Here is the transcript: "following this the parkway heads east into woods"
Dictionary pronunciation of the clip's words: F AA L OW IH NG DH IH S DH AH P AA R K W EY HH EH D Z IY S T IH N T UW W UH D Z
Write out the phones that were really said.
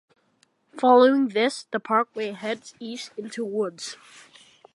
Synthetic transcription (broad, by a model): F AA L OW IH NG DH IH S DH AH P AA R K W EY HH EH D Z IY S IH N T UW W UH D Z